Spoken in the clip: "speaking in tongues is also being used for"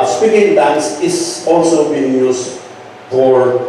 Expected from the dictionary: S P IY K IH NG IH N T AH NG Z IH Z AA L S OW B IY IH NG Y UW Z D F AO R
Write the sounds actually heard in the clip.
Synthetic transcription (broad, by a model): S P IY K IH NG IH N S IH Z AA L S OW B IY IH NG Y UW S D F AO R